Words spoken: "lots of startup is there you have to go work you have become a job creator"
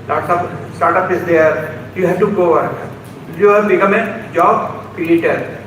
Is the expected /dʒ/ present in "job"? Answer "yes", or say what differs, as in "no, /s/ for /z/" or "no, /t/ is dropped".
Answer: yes